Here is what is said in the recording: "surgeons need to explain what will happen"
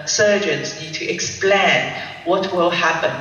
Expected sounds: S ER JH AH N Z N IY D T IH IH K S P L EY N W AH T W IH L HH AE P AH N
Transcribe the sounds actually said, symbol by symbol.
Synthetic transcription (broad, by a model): S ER JH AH N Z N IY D T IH IH K S P L EY N W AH T W IH L HH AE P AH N